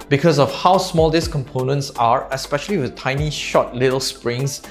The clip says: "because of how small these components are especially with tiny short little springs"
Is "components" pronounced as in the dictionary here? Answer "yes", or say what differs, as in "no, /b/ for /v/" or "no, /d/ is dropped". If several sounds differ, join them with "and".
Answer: yes